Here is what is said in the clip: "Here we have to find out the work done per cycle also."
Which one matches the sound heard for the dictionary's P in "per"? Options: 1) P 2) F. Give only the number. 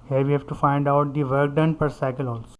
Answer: 1